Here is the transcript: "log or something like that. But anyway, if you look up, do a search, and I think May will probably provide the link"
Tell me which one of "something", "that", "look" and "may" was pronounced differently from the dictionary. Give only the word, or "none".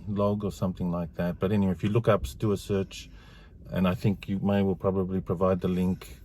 none